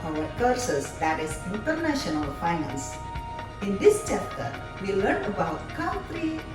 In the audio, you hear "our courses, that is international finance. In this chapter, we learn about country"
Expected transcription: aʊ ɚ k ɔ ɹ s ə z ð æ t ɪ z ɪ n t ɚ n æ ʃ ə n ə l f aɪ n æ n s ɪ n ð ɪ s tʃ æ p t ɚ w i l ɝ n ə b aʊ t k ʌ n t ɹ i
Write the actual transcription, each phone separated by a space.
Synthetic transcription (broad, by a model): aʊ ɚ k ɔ ɹ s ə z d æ t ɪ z ɪ n t ɚ n æ ʃ ə n ə l f aɪ n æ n s ɪ n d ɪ s tʃ æ p t ɚ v i l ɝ n ə b aʊ t k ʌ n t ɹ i